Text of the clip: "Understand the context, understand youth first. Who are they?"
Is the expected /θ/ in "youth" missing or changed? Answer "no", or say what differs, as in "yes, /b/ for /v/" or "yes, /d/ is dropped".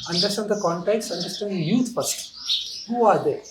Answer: yes, /s/ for /θ/